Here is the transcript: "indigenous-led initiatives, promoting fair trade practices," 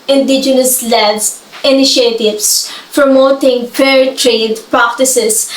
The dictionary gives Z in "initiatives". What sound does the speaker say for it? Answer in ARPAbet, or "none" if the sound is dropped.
S